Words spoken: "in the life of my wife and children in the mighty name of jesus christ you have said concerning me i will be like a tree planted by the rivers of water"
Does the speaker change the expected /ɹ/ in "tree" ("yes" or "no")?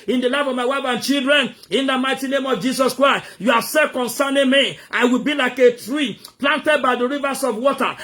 no